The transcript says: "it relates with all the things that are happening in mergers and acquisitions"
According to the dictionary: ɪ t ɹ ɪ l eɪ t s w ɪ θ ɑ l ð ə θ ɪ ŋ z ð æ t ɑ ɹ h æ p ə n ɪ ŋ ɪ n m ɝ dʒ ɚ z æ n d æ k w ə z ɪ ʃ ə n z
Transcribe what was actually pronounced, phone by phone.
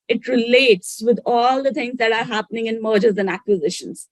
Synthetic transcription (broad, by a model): ɪ t ɹ ɪ l eɪ t s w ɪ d ɑ l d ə t ɪ ŋ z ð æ t ɑ ɹ h æ p ə n ɪ ŋ ɪ n m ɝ dʒ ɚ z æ n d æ k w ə z ɪ ʃ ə n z